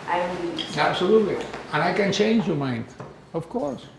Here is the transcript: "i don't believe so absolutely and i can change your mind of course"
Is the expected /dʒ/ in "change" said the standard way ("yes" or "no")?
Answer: yes